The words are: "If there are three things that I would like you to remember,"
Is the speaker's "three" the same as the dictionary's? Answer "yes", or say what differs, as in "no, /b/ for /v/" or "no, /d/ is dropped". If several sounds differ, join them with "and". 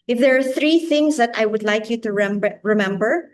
yes